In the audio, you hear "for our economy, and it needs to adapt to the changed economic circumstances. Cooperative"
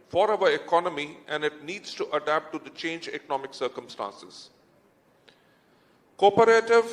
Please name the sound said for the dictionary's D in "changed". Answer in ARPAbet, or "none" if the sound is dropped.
none